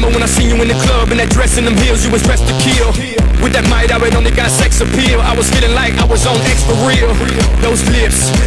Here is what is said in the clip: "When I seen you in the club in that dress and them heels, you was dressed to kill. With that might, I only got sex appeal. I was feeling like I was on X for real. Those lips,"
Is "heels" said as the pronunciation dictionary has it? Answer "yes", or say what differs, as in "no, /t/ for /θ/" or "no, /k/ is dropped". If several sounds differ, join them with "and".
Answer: yes